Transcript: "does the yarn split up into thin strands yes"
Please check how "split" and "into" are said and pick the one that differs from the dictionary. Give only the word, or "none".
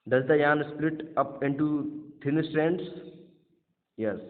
none